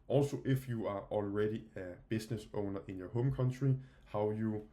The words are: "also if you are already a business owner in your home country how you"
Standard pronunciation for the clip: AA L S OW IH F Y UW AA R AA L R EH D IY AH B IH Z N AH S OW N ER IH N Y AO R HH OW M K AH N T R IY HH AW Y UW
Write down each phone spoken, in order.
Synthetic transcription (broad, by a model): AA L S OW IH F Y UW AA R AA L R EH D IY AH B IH S N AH S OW N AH IH N Y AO HH OW M K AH N S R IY HH AW Y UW